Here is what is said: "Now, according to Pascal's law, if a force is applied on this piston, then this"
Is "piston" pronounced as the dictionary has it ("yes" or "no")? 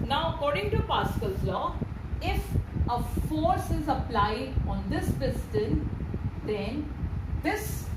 no